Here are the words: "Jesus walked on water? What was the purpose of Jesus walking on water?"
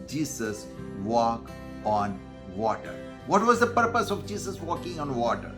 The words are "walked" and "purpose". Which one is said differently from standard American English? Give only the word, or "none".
walked